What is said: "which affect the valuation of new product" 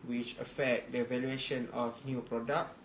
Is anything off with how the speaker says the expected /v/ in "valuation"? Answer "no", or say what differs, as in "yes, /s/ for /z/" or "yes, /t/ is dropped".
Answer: no